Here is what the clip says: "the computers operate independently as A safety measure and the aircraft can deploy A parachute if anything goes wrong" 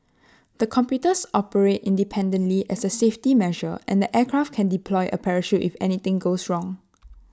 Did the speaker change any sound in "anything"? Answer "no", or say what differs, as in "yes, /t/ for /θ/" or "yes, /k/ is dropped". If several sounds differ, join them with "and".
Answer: yes, /t/ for /θ/